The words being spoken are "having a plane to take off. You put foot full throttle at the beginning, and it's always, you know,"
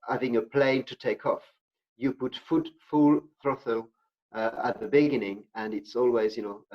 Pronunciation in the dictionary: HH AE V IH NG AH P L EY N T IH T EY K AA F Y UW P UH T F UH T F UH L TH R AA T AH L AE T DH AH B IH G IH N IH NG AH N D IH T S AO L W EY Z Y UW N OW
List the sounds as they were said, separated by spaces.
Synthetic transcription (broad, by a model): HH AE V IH NG AH P L EY N T IH T EY K AA F Y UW P UH T F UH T F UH L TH R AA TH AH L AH T DH AH B IH G IH N IH NG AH N IH T S AO L W EY Z Y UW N OW